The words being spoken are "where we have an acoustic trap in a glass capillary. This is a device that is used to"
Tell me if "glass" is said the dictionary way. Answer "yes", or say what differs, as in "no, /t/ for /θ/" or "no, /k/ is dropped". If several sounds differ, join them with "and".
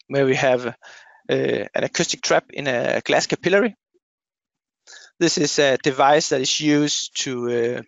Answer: yes